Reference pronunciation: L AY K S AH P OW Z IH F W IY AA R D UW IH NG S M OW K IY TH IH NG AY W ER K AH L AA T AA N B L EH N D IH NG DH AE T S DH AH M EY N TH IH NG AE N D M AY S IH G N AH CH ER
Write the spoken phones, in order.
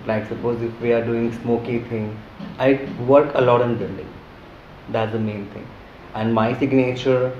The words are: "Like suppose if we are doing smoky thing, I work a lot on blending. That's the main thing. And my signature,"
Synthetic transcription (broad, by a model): L AY K S AH P OW Z IH F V IY AA R D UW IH NG S M OW K IY T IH NG AY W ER K AH L AA T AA N B IH L D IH NG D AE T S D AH M EY N T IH NG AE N D M AY S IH G N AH CH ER